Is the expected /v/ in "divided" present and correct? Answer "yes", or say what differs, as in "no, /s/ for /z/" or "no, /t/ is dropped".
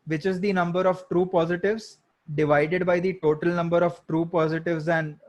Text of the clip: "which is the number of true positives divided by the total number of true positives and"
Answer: yes